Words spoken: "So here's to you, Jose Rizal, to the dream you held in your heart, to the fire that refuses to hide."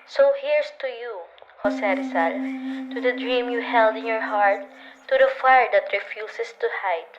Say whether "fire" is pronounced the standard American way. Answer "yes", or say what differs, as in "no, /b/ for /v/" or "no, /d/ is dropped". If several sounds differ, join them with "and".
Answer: yes